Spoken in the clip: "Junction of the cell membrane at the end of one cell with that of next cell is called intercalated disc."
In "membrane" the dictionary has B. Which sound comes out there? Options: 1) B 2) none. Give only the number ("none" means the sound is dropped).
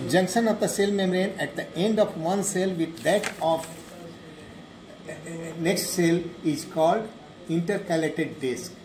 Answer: 2